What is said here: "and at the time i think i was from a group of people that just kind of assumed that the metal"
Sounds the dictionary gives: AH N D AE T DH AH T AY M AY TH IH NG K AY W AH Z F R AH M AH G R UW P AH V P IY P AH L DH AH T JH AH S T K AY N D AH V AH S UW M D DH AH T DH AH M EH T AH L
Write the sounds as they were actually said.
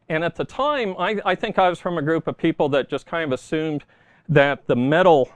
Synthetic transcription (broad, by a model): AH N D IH T DH AH T AY M AY TH IH NG K AY W AH Z F R AH M AH G R UW P AH V P IY P L DH AH T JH AH S K AY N D AH V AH S UW M DH AH T DH AH M EH T L